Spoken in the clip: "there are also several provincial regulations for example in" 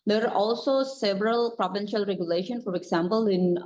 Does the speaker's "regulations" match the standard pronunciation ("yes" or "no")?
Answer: no